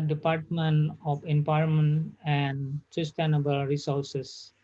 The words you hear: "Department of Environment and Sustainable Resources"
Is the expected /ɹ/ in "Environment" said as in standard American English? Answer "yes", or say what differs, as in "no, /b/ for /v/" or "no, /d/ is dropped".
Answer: no, /ɹ/ is dropped